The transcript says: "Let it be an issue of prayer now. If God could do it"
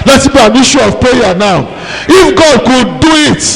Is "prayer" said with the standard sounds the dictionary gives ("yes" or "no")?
no